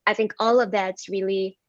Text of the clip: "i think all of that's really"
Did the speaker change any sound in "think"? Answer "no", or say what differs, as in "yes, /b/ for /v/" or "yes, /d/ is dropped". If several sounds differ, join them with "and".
no